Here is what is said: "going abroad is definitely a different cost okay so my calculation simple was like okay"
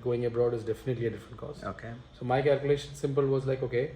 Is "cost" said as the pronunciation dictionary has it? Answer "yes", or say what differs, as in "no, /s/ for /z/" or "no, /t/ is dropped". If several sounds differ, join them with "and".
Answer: no, /t/ is dropped